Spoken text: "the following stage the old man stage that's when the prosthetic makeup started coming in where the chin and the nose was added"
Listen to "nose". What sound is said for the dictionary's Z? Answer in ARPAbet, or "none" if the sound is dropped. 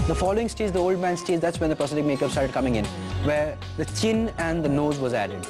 Z